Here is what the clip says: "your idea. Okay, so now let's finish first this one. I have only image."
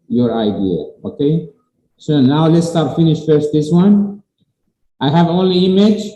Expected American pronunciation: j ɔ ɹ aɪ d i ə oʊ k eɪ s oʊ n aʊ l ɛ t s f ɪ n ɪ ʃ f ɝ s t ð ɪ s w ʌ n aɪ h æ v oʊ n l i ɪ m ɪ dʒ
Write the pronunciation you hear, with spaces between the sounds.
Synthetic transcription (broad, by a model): j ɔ ɹ aɪ d i ə oʊ k eɪ s oʊ n aʊ l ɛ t s f ɪ n ɪ ʃ f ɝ s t ð ɪ s w ʌ n aɪ h æ v oʊ n l i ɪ m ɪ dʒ